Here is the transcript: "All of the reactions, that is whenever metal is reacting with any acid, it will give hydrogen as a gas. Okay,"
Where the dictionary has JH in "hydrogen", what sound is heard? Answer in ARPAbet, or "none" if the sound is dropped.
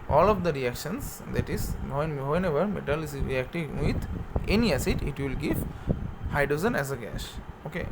Z